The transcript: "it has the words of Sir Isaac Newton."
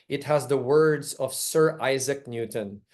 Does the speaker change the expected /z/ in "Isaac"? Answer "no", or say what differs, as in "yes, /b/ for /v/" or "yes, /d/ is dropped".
no